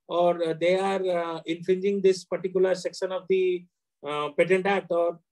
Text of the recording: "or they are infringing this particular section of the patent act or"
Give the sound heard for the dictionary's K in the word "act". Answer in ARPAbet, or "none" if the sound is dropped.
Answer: none